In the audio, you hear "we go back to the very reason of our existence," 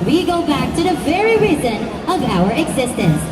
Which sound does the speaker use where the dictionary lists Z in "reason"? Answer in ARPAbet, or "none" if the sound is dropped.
Z